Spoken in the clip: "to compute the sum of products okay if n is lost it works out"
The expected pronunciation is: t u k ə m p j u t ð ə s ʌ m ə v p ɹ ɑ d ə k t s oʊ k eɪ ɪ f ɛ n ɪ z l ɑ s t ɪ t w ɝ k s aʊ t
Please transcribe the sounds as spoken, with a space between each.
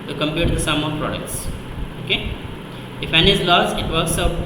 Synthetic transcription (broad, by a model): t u k ə m p j u t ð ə s ʌ m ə p ɹ ɑ d ə k t s oʊ k eɪ ɪ f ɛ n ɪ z l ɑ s ɪ t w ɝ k s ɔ